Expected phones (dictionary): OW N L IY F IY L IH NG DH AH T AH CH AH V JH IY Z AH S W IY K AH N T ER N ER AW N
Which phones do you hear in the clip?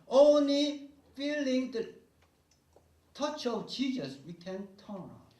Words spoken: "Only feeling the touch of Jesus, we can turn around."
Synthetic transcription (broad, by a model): OW N L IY F IY L IH NG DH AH T AH CH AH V CH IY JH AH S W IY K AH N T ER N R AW